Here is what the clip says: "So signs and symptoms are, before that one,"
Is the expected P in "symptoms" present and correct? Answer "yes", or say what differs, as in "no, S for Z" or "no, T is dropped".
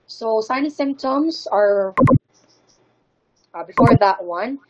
yes